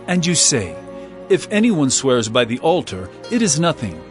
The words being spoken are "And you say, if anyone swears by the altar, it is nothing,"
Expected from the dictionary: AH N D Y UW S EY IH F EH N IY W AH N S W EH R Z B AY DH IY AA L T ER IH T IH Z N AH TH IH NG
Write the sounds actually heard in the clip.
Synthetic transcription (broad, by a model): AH N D Y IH S EY IH F EH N IY W AH N S W EH R Z B AY DH IY AA L T ER IH T IH Z N AH TH IH NG